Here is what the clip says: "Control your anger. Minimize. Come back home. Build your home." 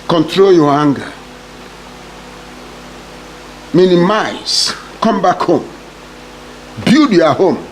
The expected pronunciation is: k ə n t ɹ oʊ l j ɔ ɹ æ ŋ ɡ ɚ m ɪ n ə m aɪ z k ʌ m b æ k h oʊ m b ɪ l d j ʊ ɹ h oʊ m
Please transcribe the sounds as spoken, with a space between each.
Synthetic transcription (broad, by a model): k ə n t ɹ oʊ l j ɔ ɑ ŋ ɡ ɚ m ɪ n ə m aɪ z k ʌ m b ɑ k h oʊ m b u d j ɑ h oʊ m